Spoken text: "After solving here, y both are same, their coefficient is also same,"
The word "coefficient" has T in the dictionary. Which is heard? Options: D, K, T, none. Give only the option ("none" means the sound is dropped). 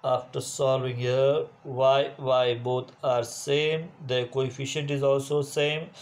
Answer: T